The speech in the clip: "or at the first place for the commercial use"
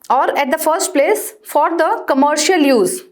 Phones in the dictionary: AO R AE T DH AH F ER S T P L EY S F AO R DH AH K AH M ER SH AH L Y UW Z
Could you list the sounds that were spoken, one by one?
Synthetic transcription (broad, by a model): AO R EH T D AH F ER S T P L EY S F AO R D AH K AH M ER SH AH L Y UW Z